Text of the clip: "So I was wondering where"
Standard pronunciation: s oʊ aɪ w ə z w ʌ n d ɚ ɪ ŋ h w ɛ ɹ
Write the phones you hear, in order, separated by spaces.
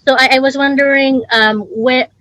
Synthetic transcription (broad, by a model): s oʊ aɪ w ə z w ʌ n d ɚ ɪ ŋ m w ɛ